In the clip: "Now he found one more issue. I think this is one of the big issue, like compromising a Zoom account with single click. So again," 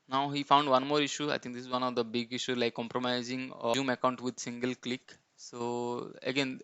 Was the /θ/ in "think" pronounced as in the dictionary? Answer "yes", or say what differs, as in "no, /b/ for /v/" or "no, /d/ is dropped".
no, /t/ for /θ/